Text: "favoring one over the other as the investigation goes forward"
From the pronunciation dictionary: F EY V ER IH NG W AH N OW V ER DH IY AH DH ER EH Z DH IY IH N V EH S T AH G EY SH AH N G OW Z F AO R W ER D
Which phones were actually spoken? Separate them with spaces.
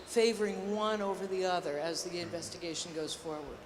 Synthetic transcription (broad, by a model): F EY V ER IH NG W AH N OW V ER DH IY AH DH ER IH Z DH IY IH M V EH S T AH G EY SH N G OW Z F AO R W ER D